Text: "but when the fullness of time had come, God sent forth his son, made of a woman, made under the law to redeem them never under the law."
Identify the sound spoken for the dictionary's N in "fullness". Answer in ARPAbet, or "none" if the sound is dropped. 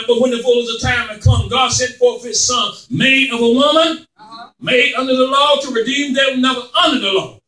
none